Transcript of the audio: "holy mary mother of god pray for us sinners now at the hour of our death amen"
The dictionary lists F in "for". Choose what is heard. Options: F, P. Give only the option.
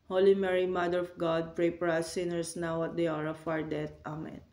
P